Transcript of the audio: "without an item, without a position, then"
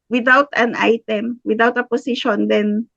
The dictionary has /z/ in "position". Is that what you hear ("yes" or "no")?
no